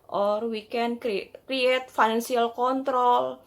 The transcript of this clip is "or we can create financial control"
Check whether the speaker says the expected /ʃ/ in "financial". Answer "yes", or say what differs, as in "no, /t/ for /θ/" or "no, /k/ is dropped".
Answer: no, /s/ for /ʃ/